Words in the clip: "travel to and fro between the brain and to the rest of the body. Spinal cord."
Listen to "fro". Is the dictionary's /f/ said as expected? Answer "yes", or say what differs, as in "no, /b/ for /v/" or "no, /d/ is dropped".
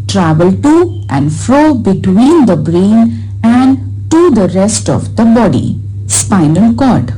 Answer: yes